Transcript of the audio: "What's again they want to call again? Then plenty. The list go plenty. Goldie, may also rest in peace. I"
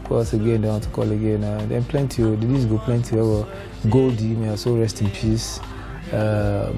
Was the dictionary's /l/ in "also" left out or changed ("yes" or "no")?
yes